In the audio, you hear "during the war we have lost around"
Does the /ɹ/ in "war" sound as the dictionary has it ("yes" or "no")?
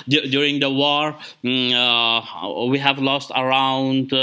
yes